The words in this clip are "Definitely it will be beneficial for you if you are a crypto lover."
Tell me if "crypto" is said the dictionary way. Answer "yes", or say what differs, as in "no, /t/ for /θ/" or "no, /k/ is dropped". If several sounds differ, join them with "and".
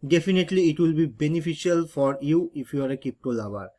no, /ɹ/ is dropped